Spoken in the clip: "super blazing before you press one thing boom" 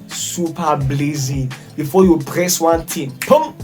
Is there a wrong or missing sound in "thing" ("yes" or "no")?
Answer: yes